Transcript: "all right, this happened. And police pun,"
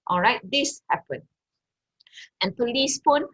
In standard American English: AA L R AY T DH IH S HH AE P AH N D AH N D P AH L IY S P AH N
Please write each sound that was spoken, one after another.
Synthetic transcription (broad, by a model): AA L R AY T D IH S HH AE P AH N AH N P AH L IY S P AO N